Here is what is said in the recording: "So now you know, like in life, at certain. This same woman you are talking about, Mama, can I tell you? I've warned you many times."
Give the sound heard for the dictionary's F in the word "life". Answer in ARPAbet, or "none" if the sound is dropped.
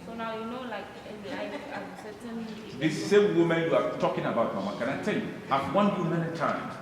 none